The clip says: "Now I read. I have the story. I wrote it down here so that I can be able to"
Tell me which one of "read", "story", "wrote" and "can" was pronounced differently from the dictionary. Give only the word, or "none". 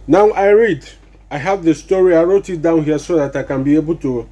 none